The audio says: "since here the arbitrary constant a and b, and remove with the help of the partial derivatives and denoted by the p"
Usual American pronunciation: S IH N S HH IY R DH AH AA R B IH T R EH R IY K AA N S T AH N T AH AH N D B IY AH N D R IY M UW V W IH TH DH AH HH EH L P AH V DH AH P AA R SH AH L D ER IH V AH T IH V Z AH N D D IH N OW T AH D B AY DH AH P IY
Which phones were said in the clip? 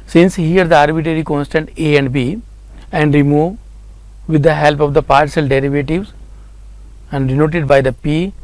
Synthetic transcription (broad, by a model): S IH N S HH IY R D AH AA R B IH T R EH R IY K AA N S T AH N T AH AH N D B IY AH N D R IY M UW V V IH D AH HH EH L P AH V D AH P AA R S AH L D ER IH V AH T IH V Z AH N D D IH N OW T AH D B AY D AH P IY